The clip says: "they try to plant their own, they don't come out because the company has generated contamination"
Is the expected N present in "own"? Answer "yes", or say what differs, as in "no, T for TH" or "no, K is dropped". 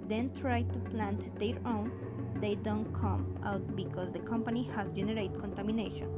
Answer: yes